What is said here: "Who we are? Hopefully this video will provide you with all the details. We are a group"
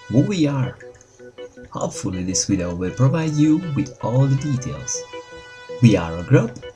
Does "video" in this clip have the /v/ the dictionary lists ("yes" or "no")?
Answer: no